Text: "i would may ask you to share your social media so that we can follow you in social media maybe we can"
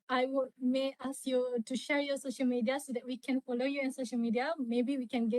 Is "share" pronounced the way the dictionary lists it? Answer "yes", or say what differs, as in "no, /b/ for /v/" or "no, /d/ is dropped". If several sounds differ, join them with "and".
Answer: yes